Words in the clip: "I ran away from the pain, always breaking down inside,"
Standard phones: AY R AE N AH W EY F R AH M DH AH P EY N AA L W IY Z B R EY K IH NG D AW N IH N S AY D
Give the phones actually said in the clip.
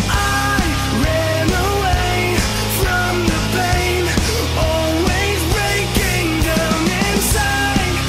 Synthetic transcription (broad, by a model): AY R AE N AH W EY F R AH M DH AH P EY N AA L W IY Z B R EY K IH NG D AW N IH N S AY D